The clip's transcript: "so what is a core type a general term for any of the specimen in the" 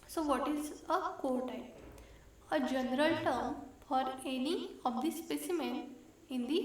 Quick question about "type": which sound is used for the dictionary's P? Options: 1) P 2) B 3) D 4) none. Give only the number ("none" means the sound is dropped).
4